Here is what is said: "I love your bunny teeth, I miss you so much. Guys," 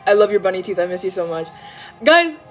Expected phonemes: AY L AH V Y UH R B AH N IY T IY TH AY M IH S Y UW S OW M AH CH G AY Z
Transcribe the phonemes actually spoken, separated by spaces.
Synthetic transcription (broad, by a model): AY L AH V Y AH R B AH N IY T IY TH AY M IH S Y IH S OW M AH CH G AY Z